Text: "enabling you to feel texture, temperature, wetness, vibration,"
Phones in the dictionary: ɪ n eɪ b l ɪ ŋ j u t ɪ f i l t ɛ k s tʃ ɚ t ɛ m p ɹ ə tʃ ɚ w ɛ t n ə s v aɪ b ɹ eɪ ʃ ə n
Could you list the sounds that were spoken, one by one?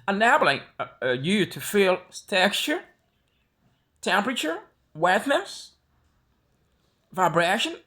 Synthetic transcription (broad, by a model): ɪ n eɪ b l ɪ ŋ j u t ɪ f i l t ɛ k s tʃ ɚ t ɛ m p ɹ ə tʃ ɚ w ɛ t n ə s v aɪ b ɹ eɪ ʃ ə n